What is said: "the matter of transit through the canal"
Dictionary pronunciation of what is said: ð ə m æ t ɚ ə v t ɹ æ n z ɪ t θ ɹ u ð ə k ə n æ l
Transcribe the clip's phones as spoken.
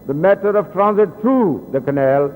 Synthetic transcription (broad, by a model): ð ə m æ t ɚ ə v t ɹ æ n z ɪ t t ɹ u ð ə k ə n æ l